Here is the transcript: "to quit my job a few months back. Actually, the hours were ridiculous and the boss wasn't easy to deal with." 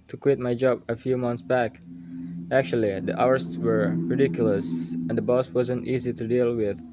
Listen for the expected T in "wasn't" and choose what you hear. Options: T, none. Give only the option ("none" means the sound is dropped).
T